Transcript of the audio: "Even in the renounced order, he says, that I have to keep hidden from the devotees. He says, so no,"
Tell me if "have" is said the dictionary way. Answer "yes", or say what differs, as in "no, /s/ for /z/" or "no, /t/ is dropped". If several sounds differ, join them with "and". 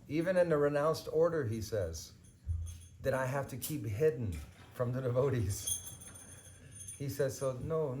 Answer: no, /f/ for /v/